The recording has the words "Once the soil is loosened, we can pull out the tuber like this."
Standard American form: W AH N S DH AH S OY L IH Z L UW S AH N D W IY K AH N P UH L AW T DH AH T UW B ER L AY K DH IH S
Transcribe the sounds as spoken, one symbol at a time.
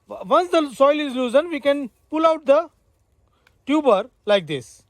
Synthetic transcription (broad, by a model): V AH N S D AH S OY L IH Z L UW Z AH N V IY K AH N P UH L AW T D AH T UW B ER L AY K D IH S